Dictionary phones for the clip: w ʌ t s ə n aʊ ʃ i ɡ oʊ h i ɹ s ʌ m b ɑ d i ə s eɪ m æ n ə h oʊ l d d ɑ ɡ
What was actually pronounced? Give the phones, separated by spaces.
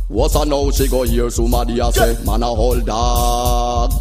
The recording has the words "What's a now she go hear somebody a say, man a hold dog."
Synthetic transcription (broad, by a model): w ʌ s ə n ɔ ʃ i ɡ oʊ h i ɹ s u m ɑ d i ə s eɪ m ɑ n ə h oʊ l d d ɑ